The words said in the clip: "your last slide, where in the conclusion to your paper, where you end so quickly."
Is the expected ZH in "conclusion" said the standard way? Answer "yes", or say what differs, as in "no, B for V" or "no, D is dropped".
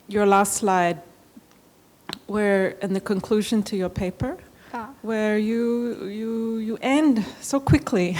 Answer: yes